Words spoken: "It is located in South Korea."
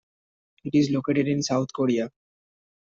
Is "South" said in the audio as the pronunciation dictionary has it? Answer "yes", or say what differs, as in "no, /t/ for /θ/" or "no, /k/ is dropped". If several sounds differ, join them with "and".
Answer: no, /t/ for /θ/